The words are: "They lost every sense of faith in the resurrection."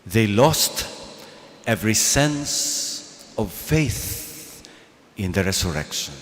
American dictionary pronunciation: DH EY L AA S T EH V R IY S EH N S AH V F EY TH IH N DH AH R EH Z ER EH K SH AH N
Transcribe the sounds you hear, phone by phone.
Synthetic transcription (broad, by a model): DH EY L AA S T EH V R IY S EH N S AH V F EY TH IH N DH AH R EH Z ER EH K SH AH N